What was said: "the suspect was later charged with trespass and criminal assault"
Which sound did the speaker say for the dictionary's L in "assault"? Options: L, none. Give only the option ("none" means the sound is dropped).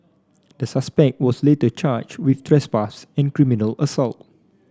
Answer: L